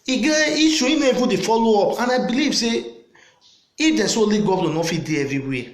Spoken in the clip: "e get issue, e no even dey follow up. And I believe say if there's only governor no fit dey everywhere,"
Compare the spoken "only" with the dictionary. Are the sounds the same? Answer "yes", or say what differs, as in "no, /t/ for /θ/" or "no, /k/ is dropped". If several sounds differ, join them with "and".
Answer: no, /n/ is dropped